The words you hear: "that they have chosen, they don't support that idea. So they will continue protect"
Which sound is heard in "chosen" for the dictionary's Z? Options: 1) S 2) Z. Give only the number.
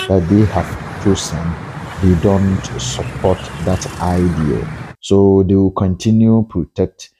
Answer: 1